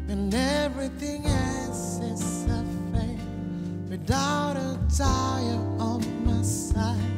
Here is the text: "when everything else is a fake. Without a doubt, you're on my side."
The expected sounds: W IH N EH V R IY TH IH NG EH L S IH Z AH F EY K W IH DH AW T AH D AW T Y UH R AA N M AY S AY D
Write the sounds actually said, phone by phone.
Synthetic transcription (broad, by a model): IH N EH V R IY TH IH NG EH L S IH S AH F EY W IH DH AW T AH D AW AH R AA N M AY S AY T